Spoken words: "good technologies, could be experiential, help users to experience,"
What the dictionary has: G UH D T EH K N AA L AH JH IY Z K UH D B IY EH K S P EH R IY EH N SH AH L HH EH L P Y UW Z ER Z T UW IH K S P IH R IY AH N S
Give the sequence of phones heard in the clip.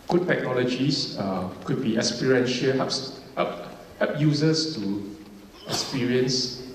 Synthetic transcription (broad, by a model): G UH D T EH K N AA L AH JH IY S K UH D B IY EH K S P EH R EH N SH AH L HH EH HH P Y UW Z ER S T UW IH K S P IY R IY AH N S